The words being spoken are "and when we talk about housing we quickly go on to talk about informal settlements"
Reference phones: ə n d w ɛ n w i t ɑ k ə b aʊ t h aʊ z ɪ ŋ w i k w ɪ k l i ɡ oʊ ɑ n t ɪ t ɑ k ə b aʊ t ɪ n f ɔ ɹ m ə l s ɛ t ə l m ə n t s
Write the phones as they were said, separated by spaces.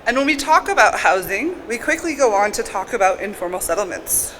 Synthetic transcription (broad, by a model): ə n w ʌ n w i t ɑ k ə b aʊ t h aʊ z ɪ ŋ w i k w ɪ k l i ɡ oʊ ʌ n t ɪ t ɑ k ə b aʊ t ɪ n f ɔ ɹ m l s ɛ t l m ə n t s